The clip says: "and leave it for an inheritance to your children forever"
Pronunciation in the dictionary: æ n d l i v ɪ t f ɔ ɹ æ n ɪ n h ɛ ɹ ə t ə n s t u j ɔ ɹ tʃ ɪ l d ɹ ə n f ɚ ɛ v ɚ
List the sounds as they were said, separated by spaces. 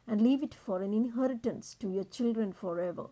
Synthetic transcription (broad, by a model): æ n d l i v ɪ t f ɔ ɹ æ n ɪ n h ɛ ɹ ə t ə n s t u j ɔ ɹ tʃ ɪ l d ɹ ə n f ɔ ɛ v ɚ